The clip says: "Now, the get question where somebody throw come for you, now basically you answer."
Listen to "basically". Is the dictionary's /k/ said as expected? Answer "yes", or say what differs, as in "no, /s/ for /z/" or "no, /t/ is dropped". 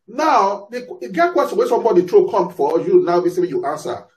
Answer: no, /k/ is dropped